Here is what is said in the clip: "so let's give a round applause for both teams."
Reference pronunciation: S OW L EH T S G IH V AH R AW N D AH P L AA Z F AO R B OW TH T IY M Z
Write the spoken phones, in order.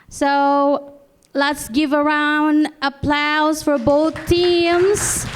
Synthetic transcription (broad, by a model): S OW L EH T S G IH V AH R AW N D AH P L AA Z F AO R B OW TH T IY M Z